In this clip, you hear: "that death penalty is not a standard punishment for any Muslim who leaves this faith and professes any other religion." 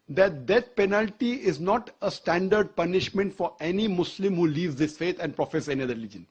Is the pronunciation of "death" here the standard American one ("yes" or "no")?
no